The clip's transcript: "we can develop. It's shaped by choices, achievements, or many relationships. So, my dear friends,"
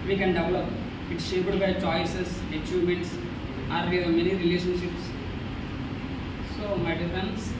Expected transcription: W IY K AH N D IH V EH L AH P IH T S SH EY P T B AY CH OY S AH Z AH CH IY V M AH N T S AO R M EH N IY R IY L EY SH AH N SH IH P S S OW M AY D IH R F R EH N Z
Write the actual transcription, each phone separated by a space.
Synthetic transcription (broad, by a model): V IY K AH N D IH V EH L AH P IH T S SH EY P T B AY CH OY S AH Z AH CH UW M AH N T S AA R M EH N IY R IY L EY SH AH N SH IH P S S OW M AY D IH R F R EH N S